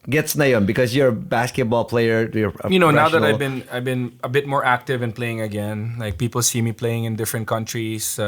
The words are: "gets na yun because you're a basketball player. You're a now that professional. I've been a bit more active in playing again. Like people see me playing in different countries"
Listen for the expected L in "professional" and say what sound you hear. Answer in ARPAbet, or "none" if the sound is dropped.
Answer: N